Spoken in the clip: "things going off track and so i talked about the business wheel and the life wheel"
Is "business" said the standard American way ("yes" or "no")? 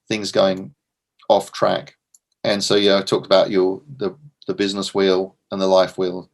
yes